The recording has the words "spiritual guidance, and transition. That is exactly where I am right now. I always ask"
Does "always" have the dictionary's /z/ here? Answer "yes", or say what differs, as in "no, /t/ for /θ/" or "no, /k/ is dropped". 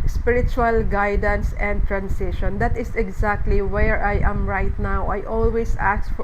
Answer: no, /s/ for /z/